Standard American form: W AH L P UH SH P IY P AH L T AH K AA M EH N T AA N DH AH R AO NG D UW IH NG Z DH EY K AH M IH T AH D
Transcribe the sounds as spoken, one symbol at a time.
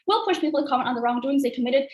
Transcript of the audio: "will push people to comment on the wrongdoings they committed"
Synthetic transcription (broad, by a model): W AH L P UH SH P IY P L T AH K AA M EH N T N DH AH R AO NG D UW IH NG Z DH EY K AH M IH T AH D